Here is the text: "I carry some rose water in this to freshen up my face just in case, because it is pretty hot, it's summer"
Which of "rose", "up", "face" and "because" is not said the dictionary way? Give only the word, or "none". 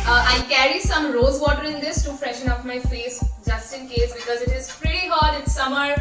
up